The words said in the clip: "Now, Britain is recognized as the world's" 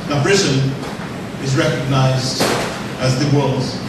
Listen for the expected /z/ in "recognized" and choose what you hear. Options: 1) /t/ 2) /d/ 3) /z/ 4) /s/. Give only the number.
3